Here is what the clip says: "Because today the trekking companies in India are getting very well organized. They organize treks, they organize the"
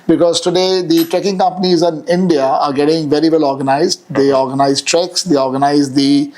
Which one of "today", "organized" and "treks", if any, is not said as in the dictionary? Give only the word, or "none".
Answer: none